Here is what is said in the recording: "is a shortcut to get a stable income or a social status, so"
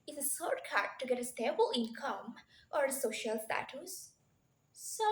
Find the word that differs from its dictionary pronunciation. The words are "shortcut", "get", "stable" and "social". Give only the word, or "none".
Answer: shortcut